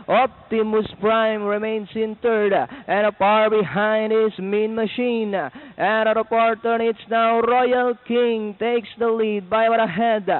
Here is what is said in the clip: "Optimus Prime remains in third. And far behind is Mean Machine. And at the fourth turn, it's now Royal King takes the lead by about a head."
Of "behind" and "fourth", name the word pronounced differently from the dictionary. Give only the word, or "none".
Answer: fourth